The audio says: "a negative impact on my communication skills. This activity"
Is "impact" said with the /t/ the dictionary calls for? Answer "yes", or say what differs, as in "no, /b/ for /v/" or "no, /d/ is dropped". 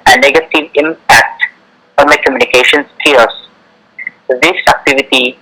yes